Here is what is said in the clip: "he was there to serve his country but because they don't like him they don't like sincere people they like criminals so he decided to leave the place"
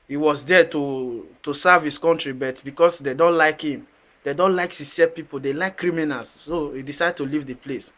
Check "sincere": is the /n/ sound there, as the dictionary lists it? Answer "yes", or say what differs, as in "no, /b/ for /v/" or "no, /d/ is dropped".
no, /n/ is dropped